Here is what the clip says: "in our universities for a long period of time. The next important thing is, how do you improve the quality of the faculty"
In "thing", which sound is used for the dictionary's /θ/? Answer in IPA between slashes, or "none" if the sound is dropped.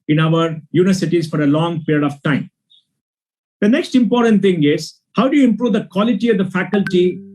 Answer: /t/